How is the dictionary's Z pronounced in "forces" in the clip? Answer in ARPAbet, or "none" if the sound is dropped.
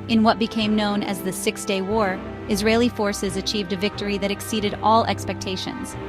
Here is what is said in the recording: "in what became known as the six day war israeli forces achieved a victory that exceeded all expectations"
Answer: Z